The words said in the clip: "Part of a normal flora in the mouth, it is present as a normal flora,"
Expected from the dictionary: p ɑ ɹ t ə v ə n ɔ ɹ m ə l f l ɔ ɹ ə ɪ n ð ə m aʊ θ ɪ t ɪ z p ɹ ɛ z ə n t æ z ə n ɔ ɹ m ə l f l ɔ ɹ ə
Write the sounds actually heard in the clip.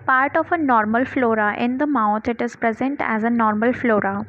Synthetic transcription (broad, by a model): p ɑ ɹ t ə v ə n ɔ ɹ m ə l f l ɔ ɹ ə ɪ n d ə m aʊ t ɪ t ɪ z p ɹ ɛ z ə n t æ z ə n ɔ ɹ m ə l f l ɔ ɹ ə